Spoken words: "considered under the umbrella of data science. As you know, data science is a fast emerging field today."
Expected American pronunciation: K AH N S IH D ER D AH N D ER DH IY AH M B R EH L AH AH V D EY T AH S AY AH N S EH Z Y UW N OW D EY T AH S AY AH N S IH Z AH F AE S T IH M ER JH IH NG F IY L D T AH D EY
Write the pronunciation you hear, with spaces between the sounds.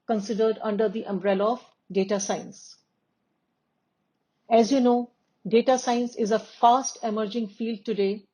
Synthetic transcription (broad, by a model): K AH N S IH D ER D AH N D ER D IY AH M B R EH L AH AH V D EY T AH S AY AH N S EH Z Y UW N OW D EY T AH S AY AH N S IH Z AH F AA S T IH M ER JH IH NG F IY L D T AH D EY